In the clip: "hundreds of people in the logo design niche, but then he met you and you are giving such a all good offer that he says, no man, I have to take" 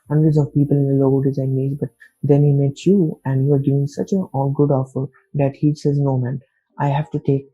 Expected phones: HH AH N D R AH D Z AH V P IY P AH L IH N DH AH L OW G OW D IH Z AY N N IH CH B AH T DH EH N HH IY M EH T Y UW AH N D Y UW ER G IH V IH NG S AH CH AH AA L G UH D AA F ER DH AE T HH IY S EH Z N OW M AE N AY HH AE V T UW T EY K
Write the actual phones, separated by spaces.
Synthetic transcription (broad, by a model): HH AH N D R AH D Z AH V P IY P AH L IH N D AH L OW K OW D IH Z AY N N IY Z B AH T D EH N HH IY M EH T Y UW AH N D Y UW ER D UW IH NG S AH CH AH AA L G UH D AA F ER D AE T HH IY S EH Z N OW M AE N AY HH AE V T UW T EY K